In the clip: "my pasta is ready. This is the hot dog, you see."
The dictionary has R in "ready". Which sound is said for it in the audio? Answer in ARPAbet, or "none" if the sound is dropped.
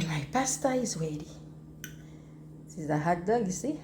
W